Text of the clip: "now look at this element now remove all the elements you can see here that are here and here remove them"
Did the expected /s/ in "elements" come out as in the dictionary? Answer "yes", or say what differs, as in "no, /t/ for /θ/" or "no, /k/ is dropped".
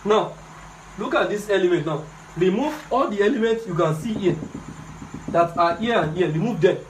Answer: yes